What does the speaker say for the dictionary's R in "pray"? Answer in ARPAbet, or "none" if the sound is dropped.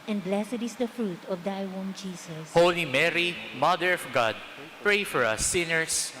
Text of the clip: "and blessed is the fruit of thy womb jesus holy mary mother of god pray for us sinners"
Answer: R